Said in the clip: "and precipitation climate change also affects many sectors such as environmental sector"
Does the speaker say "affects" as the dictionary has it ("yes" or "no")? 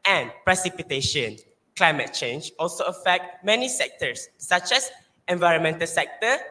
no